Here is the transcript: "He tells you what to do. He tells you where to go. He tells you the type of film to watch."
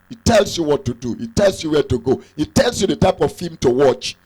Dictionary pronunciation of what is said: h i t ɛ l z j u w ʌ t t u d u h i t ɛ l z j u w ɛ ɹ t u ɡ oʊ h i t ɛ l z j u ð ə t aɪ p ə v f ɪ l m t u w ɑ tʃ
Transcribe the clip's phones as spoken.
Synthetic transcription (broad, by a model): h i t ɛ l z j u w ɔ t t u d u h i t ɛ l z j u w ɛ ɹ t u ɡ oʊ h i t ɛ l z j u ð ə t aɪ p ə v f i m t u w ɑ tʃ